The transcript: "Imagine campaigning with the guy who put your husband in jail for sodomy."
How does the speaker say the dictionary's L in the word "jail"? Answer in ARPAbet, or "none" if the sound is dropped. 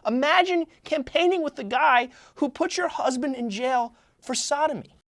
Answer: L